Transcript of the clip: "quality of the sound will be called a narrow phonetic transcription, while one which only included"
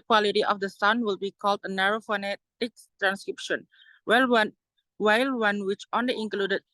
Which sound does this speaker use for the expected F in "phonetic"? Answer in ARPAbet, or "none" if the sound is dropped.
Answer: F